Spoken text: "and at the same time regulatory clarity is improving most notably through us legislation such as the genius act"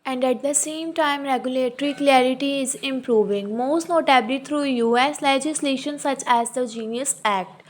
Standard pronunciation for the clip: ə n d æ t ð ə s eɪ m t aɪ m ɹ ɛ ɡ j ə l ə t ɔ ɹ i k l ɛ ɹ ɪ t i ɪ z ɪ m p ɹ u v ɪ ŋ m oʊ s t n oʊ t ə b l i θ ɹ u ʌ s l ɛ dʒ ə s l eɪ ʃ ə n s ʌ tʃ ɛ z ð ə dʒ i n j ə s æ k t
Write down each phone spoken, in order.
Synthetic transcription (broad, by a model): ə n d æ t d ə s eɪ m t aɪ m ɹ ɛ ɡ j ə l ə t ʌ ɹ i k l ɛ ɹ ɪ t i ɪ z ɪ m p ɹ u v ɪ ŋ m oʊ s t n oʊ t ə b l i t ɹ u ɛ s l ɛ dʒ ə s l eɪ ʃ ə n s ʌ tʃ ɛ z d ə dʒ i n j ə s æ k t